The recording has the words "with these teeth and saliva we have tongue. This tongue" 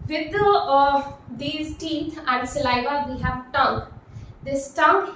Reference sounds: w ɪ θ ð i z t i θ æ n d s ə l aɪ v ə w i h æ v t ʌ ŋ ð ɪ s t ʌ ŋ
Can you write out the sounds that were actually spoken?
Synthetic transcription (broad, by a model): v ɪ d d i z t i t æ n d s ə l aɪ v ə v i h æ v t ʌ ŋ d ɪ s t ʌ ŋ